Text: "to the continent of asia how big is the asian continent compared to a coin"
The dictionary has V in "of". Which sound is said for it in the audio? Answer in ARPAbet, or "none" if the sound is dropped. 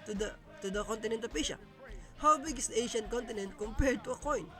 P